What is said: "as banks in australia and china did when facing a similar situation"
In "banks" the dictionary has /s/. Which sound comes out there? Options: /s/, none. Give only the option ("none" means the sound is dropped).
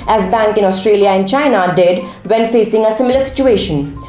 none